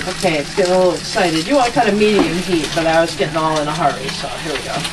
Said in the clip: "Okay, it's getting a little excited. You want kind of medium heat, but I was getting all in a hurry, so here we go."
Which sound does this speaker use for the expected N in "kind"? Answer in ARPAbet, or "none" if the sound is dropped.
none